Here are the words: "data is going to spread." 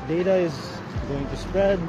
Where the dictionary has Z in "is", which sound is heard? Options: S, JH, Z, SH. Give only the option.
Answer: Z